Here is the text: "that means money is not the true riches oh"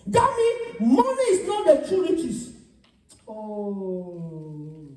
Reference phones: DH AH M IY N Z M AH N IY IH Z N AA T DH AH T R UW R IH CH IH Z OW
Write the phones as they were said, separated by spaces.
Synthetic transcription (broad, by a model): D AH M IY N M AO N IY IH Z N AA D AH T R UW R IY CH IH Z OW